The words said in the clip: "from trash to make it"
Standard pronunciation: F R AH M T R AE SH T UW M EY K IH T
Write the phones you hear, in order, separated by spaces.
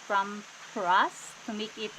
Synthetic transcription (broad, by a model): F R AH M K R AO S T UW M EY K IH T